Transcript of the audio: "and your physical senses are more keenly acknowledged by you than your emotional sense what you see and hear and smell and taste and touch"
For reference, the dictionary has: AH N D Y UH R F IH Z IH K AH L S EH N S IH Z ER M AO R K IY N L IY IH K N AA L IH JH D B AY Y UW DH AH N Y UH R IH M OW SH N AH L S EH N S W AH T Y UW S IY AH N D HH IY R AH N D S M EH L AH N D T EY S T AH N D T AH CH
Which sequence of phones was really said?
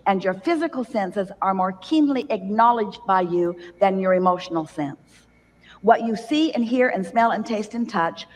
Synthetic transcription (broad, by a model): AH N Y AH R F IH Z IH K L S EH N S IH Z ER M AO R K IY N L IY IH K N AA L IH JH B AY Y UW DH AH N Y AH R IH M OW SH N L S EH N S W AH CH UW S IY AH N HH IY R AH N S M EH L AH N T EY S T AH N T AH CH